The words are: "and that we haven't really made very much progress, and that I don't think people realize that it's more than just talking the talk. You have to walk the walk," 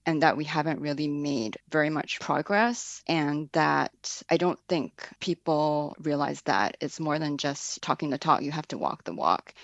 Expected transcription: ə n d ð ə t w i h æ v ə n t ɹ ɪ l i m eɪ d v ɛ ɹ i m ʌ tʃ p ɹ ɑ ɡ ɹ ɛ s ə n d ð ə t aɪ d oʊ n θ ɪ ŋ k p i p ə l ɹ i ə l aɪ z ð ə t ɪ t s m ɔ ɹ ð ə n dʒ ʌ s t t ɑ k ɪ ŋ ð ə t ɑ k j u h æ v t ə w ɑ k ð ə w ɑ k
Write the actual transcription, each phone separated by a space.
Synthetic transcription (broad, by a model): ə n ð ə t w i h æ v ə n t ɹ ɪ l i m eɪ d v ɛ ɹ i m ʌ tʃ p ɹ ɑ ɡ ɹ ɛ s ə n ð ə t aɪ d oʊ n θ ɪ ŋ k p i p l ɹ i ə l aɪ z ð ə t ɪ t s m ɔ ɹ ð ə n dʒ ʌ s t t ɑ k ɪ ŋ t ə t ɑ k j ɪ h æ f t ə w ɑ k ð ə w ɑ k